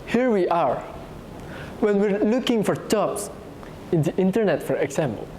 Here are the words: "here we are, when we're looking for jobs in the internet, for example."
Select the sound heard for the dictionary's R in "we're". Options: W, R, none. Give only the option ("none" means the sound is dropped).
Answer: R